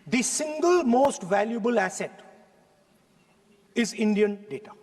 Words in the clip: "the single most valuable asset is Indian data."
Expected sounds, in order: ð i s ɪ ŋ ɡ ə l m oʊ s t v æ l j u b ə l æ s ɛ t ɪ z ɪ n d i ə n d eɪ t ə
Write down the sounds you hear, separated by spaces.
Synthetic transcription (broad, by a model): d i s ɪ ŋ ɡ ə l m oʊ s t v æ l j u b ə l æ s ɛ t ɪ z ɪ n d i ə n d eɪ t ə